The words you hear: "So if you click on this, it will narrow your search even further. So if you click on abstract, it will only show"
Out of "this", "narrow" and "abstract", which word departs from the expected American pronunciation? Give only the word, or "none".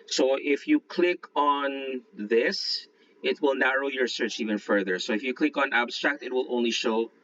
none